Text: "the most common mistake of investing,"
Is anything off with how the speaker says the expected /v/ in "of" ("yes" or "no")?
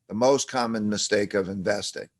no